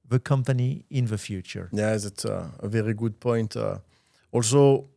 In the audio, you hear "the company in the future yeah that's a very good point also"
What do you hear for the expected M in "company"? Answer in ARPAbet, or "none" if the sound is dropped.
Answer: M